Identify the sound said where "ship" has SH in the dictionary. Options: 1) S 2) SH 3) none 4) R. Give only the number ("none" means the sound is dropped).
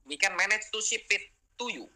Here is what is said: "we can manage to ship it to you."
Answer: 1